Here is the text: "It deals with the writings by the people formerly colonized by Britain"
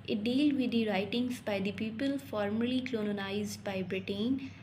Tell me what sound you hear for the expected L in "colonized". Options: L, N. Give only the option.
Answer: N